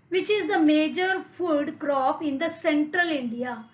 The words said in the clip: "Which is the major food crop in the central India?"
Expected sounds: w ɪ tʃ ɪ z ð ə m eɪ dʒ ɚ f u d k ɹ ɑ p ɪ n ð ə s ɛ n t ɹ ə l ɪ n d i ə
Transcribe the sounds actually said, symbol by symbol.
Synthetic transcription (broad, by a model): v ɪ tʃ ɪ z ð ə m eɪ dʒ ɚ f u d k ɹ ɑ p ɪ n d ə s ɛ n t ɹ ə l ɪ n d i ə